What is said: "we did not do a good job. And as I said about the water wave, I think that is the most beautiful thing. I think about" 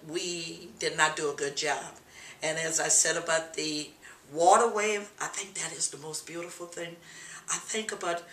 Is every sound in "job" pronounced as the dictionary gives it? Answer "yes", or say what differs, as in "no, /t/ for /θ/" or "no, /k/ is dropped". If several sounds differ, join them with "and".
yes